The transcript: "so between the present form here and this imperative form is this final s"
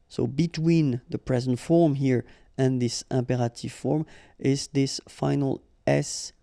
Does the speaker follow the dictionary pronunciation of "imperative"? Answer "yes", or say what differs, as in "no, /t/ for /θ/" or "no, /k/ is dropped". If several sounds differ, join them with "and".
yes